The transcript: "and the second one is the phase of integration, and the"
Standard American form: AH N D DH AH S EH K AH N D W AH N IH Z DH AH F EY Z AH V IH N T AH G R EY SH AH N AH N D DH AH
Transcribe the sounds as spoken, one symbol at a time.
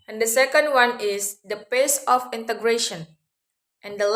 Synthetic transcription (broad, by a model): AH N D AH S EH K AH N D W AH N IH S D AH P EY S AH F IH N T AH G R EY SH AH N AH N D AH